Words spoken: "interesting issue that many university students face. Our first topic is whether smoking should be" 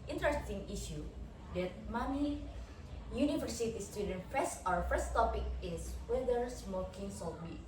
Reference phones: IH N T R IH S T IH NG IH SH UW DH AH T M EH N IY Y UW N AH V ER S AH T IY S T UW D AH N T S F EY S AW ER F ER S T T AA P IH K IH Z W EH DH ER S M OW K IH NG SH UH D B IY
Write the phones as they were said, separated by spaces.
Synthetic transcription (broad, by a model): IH N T R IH S T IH NG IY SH UW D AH T M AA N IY Y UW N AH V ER S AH T IY S T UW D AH N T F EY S AW ER F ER S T T AA P IH K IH S W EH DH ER S M OW K IH NG S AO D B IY